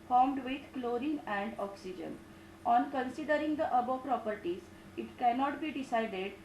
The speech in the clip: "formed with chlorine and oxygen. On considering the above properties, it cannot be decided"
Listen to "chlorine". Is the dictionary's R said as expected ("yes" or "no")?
yes